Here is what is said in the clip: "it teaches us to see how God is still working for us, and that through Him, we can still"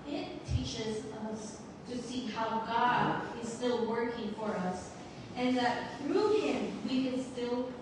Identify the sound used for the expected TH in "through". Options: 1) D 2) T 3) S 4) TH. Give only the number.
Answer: 4